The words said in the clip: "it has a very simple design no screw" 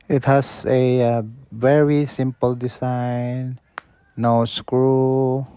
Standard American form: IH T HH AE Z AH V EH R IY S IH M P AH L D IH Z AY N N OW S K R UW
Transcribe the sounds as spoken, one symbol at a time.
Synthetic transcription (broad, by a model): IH T HH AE S AH V EH R IY S IH M P AH L D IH S AY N N OW S K R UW